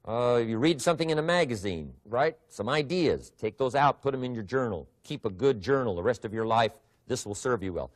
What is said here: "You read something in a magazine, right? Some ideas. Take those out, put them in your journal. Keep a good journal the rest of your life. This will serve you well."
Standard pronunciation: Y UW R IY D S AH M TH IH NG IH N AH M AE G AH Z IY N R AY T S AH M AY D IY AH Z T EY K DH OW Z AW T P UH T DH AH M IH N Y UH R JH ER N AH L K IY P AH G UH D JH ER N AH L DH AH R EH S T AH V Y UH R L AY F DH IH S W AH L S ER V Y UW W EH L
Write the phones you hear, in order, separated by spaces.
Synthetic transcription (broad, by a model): Y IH R IY D S AH M TH IH NG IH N AH M AE G AH Z IY N R AY T S AH M AY D IY AH Z T EY K DH OW Z AW T P UH T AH M IH N Y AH R JH ER N L K IY P AH G UH D JH ER N L DH AH R EH S T AH V Y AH R L AY F DH IH S W AH L S ER V Y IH W EH L